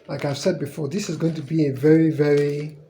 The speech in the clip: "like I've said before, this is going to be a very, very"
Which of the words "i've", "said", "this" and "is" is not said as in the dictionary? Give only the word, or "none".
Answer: none